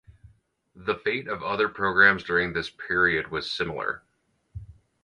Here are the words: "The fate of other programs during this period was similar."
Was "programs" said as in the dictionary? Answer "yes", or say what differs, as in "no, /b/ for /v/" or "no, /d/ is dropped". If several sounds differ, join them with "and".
yes